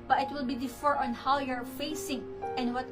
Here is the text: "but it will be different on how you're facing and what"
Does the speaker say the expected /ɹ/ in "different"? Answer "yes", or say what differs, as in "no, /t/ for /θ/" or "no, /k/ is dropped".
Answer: no, /ɹ/ is dropped